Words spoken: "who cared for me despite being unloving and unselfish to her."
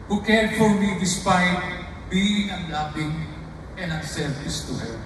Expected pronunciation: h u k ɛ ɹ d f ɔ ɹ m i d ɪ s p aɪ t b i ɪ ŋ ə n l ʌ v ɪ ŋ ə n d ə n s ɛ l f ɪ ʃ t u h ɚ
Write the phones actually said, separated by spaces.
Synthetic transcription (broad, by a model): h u k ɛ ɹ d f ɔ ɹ m i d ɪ s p aɪ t b i ɪ ŋ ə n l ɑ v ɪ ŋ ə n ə s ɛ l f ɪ s t u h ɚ